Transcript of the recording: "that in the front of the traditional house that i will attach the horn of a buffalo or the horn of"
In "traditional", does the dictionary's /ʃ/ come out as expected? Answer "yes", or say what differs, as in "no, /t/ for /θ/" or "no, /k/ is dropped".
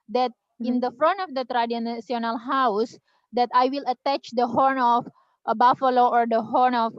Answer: no, /s/ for /ʃ/